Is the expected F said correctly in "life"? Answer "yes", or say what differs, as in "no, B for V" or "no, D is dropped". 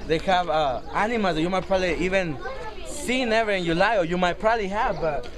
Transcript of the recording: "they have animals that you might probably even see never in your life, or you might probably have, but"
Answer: no, F is dropped